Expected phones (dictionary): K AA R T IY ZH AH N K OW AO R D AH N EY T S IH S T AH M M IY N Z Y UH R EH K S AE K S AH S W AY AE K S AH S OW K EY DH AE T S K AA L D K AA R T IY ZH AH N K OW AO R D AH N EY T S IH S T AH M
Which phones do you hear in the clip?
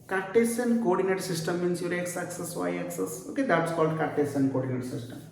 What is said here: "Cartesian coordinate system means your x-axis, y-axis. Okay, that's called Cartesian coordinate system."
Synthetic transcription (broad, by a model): K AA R T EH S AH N K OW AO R D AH N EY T S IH S T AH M M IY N S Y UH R EH K S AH K S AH S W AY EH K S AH S OW K EY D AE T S K AA L D K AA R T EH S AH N K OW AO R D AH N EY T S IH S T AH M